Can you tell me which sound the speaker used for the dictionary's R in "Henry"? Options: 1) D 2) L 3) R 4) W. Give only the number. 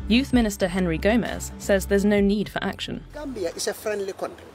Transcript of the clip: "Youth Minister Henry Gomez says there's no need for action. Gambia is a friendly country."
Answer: 3